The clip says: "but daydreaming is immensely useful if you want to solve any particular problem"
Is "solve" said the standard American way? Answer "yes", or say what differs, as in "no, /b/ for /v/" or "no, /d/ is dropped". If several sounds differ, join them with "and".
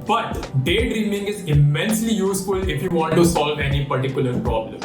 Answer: yes